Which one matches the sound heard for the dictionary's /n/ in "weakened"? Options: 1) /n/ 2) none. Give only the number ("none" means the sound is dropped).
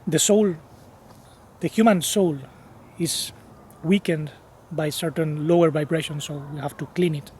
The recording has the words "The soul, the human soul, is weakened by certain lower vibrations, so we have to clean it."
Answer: 1